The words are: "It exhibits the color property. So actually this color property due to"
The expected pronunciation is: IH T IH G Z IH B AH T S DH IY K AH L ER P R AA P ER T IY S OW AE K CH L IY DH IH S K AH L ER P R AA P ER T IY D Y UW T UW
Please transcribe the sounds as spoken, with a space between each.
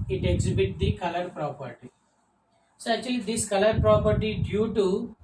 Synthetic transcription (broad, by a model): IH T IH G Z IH B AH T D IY K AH L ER P R AA P ER T IY S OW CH IY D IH S K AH L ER P R AA P ER T IY D Y UW T UW